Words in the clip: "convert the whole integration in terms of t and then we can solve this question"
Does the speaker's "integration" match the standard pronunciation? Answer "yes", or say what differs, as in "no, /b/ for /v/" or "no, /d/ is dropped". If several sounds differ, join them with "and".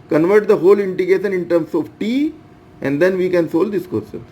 no, /ɹ/ is dropped